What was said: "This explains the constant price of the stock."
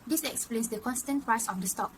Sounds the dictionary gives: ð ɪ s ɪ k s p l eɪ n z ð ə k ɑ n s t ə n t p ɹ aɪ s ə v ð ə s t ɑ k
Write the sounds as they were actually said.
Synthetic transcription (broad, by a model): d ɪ s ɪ k s p l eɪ n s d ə k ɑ n s t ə n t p aɪ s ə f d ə s t ɑ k